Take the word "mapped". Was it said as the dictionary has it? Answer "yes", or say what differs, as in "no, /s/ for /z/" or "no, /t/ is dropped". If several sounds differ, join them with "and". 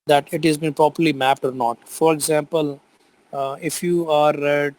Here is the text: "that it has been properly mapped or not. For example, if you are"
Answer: yes